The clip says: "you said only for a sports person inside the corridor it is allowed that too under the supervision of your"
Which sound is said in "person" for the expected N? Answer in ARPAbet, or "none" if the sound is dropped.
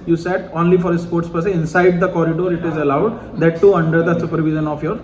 none